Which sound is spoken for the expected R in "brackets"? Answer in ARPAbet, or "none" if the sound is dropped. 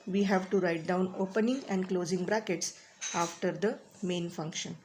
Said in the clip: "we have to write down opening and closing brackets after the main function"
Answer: R